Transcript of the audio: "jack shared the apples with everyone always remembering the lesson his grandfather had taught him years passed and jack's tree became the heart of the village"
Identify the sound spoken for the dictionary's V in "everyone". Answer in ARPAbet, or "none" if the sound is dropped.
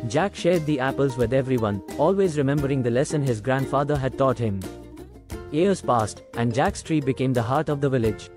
V